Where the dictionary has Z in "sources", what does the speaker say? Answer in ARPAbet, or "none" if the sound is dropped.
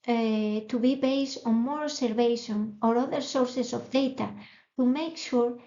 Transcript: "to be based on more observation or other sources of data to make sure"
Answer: S